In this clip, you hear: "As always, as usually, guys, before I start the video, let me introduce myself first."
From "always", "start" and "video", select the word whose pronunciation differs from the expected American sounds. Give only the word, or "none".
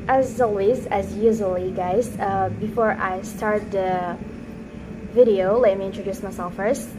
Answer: none